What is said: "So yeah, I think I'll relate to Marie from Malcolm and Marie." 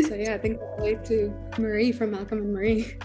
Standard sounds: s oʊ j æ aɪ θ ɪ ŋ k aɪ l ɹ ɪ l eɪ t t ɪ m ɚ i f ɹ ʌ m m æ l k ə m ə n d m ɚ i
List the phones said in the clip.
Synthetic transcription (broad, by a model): s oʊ j æ aɪ θ ɪ ŋ k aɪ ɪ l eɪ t t ɪ m ɚ i f ɹ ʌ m m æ l k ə m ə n m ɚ i